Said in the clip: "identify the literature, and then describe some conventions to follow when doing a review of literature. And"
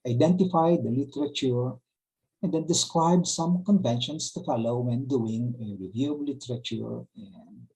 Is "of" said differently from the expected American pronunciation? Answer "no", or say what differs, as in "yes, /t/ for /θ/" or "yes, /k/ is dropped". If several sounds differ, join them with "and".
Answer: yes, /b/ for /v/